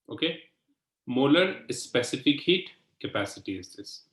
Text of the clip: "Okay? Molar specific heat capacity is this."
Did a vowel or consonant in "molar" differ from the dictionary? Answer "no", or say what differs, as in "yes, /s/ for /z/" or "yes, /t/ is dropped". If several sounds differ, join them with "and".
no